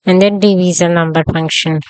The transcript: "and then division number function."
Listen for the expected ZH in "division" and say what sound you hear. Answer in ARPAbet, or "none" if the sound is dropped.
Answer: Z